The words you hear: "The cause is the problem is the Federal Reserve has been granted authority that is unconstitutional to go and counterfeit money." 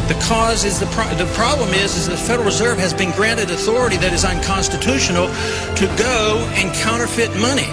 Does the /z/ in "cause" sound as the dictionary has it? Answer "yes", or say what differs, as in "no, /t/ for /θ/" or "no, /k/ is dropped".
yes